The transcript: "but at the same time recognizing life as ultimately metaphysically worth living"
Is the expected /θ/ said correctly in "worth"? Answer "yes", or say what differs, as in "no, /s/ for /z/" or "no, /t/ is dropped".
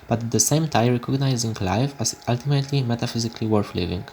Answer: no, /f/ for /θ/